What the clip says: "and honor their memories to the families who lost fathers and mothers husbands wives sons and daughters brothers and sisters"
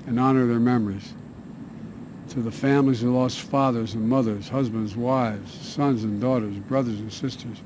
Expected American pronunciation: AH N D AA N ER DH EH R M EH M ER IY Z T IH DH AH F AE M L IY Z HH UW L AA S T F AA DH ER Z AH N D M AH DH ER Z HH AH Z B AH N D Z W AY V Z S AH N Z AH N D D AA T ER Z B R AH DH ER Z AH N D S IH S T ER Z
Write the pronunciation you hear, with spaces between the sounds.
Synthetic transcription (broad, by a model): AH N AA N ER DH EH R M EH M ER IY Z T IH DH AH F AE M L IY Z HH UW L AA S T F AA DH ER Z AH N M AH DH ER Z HH AH Z B AH N D Z W AY V Z S AH N Z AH N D D AA T ER Z B R AH DH ER Z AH N S IH S T ER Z